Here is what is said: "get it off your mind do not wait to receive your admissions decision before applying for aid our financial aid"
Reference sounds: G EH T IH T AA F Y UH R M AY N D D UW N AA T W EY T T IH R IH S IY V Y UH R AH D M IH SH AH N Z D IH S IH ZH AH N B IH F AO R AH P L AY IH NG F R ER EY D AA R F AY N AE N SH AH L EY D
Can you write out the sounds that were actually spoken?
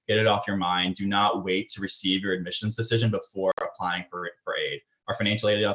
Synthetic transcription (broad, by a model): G EH T IH T AA F Y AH R M AY N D D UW N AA T W EY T T IH R IH S IY V Y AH R AH D M IH SH AH N Z D IH S IH ZH AH N B IH F AO R AH P L AY IH NG F R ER EY D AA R F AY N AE N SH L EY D